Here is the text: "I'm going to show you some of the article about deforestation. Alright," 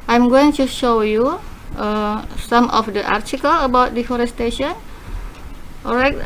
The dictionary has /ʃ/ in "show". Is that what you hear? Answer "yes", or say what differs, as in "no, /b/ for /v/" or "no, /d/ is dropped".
yes